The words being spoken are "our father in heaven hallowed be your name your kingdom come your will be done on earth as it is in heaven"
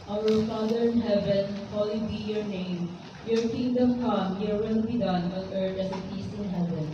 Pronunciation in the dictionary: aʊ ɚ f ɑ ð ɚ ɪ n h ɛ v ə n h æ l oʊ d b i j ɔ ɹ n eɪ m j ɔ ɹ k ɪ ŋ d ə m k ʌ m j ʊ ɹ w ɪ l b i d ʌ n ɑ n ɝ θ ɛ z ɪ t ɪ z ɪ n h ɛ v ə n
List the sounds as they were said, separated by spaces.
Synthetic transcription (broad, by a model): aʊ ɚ f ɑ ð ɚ ɪ n h ɛ v ə n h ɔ l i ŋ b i j ɔ ɹ n eɪ m j ɔ ɹ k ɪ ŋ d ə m k ʌ m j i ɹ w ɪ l b i d ʌ n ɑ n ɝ t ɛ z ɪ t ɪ s ɪ n h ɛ v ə n